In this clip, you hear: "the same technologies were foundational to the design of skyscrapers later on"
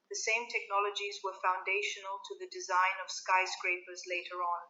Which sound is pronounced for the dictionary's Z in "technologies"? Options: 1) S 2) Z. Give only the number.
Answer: 2